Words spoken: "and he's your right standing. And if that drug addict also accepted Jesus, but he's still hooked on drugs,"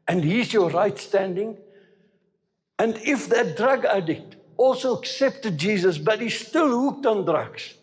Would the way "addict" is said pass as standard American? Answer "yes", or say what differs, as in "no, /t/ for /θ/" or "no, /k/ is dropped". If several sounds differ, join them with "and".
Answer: yes